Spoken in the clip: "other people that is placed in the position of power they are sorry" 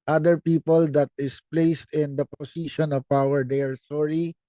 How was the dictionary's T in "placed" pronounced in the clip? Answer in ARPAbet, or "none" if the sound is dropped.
T